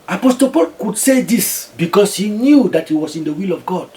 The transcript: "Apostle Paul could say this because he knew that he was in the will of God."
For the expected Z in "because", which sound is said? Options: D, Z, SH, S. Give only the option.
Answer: S